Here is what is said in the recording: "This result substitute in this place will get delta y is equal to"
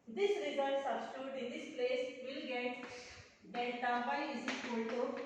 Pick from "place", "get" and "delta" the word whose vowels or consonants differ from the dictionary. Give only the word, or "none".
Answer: delta